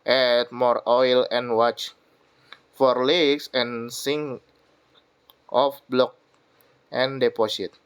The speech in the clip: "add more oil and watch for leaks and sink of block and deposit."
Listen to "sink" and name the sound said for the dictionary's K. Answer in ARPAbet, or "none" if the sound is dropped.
none